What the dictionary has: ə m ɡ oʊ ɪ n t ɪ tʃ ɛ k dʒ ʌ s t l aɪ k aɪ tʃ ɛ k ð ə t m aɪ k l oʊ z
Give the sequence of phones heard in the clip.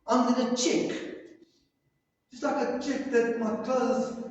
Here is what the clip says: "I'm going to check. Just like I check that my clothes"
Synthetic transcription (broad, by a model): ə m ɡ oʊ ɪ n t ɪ tʃ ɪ k dʒ ʌ s t l aɪ k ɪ tʃ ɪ k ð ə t m aɪ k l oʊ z